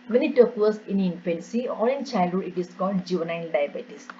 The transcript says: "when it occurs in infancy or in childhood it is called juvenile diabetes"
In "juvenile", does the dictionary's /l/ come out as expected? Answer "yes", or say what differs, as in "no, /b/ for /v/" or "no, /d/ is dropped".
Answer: no, /n/ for /l/